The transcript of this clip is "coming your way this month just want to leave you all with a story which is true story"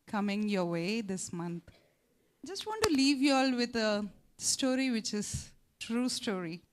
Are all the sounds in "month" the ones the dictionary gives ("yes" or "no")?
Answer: no